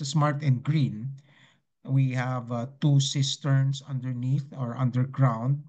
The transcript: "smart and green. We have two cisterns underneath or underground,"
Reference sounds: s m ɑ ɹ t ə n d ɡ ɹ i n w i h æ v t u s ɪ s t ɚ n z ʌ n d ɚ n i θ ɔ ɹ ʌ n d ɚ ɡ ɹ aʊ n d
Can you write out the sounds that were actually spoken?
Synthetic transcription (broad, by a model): s m ɑ ɹ t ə n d ɡ ɹ i n w i h æ v t u s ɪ s t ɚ n s ʌ n d ɚ n i θ ɔ ɹ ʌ n d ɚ ɡ ɹ aʊ n d